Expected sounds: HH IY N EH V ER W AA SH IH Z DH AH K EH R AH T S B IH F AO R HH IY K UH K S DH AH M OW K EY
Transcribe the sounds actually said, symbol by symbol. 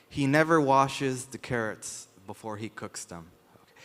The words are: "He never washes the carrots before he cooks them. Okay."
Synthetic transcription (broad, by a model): HH IY N EH V ER W AA SH IH Z DH AH K EH R AH T S B IH F AO R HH IY K UH K S DH AH M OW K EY